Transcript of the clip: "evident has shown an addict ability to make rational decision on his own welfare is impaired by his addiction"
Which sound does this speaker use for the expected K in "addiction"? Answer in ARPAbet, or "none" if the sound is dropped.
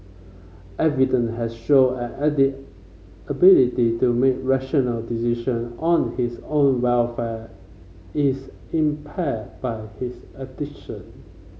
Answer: none